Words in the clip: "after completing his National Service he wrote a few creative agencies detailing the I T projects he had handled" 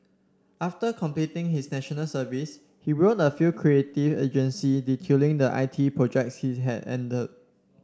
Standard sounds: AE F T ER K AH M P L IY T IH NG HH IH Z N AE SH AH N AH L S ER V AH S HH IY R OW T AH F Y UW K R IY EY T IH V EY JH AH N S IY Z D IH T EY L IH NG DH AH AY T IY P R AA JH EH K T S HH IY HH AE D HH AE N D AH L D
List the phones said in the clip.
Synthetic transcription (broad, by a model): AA F T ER K AH M P L IY T IH NG HH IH S N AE SH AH N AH L S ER V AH S HH IY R OW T AH F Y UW K R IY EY T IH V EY JH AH N S IY D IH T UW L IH NG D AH AY T IY P R AA JH EH K T S HH IY HH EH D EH N D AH D